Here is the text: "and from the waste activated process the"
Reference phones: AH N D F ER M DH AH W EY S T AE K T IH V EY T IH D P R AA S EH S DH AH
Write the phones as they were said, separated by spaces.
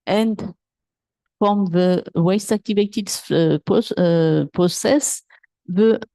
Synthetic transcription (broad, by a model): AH N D F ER M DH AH W EY S T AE K T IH V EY T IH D P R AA S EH S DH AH